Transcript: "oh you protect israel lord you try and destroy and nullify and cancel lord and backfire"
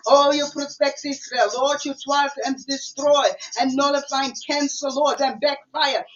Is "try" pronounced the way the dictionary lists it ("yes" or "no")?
no